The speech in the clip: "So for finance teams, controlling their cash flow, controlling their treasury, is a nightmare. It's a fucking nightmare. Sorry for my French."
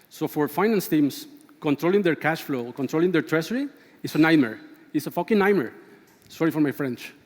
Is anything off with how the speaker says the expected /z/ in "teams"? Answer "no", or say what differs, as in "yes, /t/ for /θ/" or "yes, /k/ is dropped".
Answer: yes, /s/ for /z/